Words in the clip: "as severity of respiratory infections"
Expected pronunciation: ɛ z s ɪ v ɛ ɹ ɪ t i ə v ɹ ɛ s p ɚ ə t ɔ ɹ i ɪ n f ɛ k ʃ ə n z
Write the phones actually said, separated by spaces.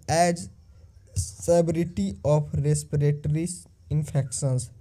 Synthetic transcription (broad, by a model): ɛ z s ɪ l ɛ ɹ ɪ t i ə p ɹ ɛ s p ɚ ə t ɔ ɹ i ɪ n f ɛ k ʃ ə n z